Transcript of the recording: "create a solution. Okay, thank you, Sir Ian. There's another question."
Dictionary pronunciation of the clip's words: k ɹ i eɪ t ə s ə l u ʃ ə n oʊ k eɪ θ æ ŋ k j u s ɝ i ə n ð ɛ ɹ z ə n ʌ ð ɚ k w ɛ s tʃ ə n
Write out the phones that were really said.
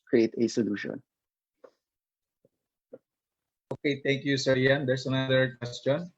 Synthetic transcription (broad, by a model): k ɹ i eɪ t ə s ə l u ʃ ə n oʊ k eɪ t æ ŋ k j u s ɝ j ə n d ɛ ɹ s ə n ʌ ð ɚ k w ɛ s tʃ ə n